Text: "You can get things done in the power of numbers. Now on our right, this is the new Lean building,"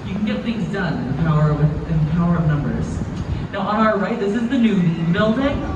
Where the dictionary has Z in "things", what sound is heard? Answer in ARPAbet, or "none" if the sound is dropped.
Z